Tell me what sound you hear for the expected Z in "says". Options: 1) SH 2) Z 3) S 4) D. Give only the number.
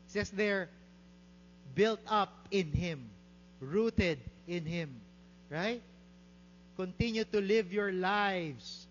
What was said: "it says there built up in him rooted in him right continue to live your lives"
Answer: 3